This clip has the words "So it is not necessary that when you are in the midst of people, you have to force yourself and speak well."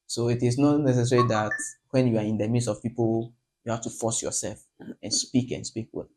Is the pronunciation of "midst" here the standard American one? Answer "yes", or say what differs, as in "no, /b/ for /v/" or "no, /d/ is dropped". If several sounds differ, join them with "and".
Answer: no, /t/ is dropped